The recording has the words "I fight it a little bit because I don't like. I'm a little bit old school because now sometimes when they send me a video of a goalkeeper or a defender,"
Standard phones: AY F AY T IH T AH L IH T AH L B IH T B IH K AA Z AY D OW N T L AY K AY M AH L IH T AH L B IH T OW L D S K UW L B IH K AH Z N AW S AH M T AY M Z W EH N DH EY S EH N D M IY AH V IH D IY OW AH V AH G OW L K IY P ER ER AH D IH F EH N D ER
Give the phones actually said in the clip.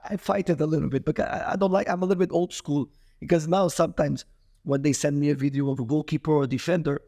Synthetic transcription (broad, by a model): AY F AY T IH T AH L IH T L B IH T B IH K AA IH AY D OW N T L AY K AY M AH L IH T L B IH T OW L D S K UW L B IH K AH Z N AW S AH M T AY M Z W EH N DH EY S EH N D M IY AH V IH D IY OW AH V AH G OW K IY P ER ER AH D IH F EH N D ER